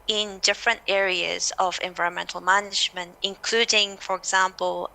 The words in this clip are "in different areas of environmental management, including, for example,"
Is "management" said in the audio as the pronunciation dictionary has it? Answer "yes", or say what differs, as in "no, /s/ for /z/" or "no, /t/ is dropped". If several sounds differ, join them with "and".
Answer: yes